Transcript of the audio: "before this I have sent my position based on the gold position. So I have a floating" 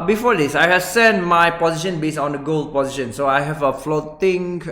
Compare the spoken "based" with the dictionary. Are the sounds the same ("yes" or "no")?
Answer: no